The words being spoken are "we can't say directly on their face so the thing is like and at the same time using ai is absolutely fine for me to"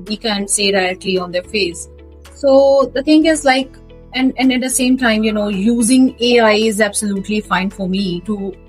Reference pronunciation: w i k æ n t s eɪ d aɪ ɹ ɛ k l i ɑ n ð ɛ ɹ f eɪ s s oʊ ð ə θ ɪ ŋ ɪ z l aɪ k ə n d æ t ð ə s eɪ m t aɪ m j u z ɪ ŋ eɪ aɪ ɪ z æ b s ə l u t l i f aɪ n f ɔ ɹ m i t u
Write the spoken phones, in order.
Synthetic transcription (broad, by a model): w i k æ n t s eɪ d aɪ ɛ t l i ɑ n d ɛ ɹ f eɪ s s oʊ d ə t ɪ ŋ ɪ z l aɪ k ə n d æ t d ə s eɪ m t aɪ m j u z ɪ ŋ eɪ aɪ ɪ z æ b s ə l u t l i f aɪ n f ɔ ɹ m i t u